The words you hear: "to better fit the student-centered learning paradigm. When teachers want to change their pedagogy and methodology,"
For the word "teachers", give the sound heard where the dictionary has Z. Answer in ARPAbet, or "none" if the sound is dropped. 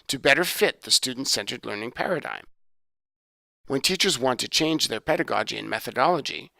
Z